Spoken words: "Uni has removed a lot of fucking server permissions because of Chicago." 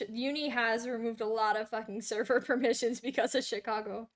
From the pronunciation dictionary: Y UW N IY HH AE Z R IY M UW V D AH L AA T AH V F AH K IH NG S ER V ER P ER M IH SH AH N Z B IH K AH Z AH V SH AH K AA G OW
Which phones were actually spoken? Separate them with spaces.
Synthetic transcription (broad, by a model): Y UW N IY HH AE Z R IY M UW V D AH L AA T AH V F AH K IH NG S ER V ER P ER M IH SH AH N Z B IH K AH Z AH V SH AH K AA G OW